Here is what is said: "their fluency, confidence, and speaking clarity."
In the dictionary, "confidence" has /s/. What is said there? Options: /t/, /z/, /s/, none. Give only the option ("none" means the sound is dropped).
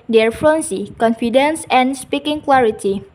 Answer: /s/